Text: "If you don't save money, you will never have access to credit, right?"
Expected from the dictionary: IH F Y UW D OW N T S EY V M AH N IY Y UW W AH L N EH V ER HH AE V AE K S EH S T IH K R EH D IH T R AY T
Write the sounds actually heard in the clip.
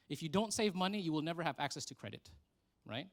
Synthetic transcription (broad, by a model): IH F Y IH D OW N T S EY V M AH N IY Y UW W AH L N EH V ER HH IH V AE K S EH S T IH K R EH D IH T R AY T